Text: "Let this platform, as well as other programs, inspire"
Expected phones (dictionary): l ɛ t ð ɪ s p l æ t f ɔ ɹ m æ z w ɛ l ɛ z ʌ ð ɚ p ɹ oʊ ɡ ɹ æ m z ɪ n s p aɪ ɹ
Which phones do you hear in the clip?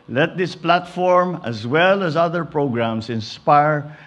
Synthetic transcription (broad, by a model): l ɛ t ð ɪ s p l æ t f ɔ ɹ m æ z w ɛ l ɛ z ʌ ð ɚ p ɹ oʊ ɡ ɹ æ m s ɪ n s p aɪ ɹ